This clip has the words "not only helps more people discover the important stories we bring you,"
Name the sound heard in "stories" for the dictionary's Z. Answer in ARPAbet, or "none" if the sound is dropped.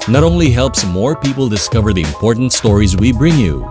Z